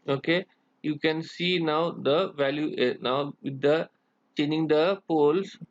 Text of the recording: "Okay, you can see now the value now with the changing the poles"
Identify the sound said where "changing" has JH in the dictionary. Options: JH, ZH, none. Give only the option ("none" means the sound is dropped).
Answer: none